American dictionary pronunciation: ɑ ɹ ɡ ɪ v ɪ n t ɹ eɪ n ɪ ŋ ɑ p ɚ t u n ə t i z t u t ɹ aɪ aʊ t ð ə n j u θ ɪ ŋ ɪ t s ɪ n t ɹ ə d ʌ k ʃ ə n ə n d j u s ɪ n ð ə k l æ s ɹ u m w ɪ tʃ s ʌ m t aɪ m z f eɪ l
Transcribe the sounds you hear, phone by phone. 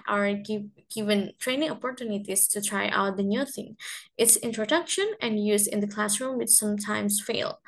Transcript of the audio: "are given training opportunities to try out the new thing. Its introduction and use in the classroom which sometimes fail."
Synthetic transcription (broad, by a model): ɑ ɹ ɡ ɪ v ɪ n t ɹ eɪ n ɪ ŋ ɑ p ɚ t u n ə t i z t u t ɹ aɪ aʊ t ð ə n j u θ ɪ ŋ ɪ t s ɪ n t ɹ ə d ʌ k ʃ ə n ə n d j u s ɪ n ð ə k l æ s ɹ u m w ɪ tʃ s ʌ m t aɪ m s f eɪ l